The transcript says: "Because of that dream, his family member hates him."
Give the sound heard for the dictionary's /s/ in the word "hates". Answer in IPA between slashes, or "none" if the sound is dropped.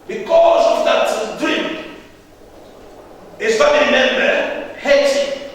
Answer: none